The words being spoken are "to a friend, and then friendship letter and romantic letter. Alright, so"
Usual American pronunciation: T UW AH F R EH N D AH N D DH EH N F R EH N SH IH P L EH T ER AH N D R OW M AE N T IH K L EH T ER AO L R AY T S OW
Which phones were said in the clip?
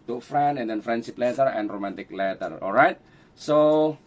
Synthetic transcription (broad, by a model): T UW F R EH N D AH N D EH N F R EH N S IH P L EH T ER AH N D R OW M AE N T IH K L EH T ER AO L R AY T S OW